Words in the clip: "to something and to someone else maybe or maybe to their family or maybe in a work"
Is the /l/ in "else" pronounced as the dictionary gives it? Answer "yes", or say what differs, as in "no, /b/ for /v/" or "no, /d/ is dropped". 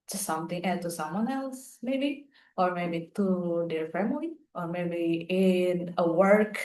yes